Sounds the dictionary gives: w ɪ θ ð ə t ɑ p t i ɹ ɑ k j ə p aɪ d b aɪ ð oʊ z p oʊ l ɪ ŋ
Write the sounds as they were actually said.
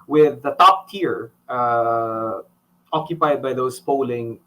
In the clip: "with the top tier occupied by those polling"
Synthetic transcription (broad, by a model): w ɪ ð ə t ɑ p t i ɹ ɑ k j ə p aɪ d b aɪ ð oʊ s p oʊ l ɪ ŋ